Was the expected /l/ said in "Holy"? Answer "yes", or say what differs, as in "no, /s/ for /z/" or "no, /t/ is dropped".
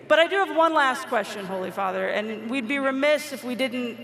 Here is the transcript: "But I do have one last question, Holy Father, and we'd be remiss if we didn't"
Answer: yes